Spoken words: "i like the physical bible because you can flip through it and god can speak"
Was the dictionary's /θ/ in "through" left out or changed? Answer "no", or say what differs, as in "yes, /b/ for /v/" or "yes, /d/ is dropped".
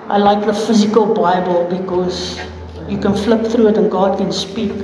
no